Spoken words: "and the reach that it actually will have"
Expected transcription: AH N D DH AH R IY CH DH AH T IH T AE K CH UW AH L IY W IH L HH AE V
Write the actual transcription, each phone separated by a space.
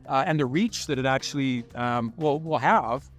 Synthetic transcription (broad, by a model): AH N DH AH R IY CH DH AH T IH T AE K CH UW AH W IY W IH L HH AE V